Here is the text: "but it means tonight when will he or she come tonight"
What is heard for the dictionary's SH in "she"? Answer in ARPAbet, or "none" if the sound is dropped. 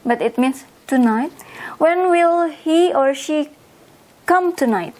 SH